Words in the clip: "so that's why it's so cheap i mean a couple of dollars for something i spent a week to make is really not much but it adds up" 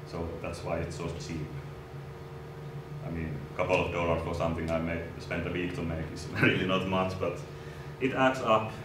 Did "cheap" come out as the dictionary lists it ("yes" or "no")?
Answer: no